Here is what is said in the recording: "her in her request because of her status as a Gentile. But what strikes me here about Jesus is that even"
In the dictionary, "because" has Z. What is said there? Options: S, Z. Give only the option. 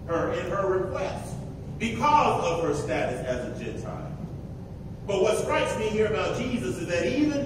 Z